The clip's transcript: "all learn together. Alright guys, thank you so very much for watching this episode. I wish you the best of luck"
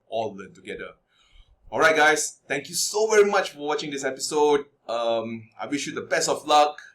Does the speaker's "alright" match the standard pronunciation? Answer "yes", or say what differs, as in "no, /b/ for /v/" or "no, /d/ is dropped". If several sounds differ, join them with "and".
yes